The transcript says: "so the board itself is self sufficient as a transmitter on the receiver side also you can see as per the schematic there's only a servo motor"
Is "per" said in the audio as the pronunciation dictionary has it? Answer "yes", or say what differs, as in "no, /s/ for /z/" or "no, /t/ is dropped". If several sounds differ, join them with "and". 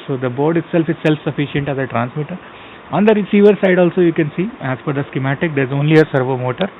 no, /f/ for /p/